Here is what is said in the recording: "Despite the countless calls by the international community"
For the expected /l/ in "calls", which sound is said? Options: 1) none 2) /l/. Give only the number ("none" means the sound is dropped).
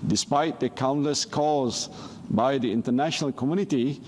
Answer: 1